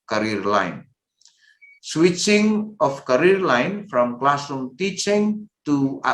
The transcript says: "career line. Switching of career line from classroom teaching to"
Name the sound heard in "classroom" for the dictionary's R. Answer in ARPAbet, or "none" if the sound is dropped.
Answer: none